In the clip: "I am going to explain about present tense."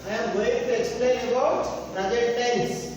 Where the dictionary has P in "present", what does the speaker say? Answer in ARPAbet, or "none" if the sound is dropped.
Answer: B